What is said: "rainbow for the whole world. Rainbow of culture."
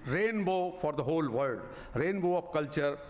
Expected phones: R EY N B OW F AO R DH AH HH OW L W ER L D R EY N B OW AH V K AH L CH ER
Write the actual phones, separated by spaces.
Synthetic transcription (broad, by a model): R EY N B OW F AO R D AH HH OW L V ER D R EY N B OW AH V K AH L CH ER